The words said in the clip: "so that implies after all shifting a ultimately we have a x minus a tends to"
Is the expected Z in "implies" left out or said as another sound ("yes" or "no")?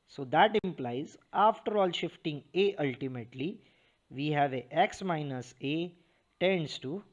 no